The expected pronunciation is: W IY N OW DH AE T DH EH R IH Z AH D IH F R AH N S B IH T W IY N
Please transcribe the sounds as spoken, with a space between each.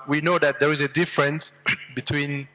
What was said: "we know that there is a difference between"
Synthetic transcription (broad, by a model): W IY N OW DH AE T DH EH R IH Z AH D IH F R AH N S B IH T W IY N